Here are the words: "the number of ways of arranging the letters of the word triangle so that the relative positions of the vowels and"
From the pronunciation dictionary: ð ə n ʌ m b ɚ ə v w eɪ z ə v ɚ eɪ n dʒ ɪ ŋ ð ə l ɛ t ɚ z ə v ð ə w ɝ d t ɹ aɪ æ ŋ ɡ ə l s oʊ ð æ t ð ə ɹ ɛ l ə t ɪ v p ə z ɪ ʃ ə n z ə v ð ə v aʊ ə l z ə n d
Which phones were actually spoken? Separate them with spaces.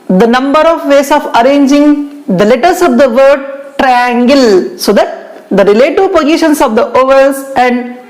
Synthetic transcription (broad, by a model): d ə n ʌ m b ɚ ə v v eɪ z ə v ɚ eɪ n dʒ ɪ ŋ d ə l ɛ t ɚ s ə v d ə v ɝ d t ɹ aɪ æ ŋ ɡ ə l s oʊ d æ t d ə ɹ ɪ l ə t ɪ p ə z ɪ ʃ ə n s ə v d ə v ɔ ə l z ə n d